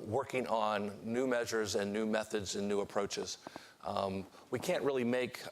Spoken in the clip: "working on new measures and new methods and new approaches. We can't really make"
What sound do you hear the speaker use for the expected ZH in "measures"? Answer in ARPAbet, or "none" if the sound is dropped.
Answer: ZH